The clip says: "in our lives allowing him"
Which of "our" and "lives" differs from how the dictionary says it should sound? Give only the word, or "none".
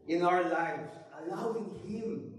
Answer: none